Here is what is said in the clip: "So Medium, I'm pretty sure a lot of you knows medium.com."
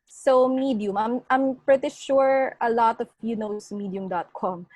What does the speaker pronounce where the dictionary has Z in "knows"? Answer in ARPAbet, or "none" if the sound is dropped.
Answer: S